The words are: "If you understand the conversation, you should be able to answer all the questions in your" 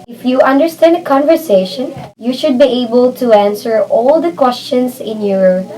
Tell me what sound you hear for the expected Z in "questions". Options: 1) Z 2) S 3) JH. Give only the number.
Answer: 2